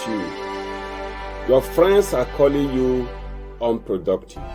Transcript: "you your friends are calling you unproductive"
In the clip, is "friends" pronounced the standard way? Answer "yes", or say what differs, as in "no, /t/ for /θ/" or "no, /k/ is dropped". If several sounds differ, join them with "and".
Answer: no, /s/ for /z/